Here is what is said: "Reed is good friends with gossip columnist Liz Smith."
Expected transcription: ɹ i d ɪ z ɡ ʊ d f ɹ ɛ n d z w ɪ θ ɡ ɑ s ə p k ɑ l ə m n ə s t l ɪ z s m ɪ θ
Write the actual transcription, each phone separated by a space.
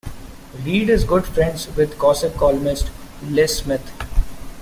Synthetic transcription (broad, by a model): ɹ i d ɪ z ɡ ʊ d f ɹ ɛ n d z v ɪ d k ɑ s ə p k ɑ l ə m ə s t l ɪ s m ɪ t